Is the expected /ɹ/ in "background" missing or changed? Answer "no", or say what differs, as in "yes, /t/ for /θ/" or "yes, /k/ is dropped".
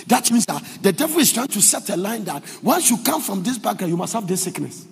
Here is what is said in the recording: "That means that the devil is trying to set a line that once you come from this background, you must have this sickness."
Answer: yes, /ɹ/ is dropped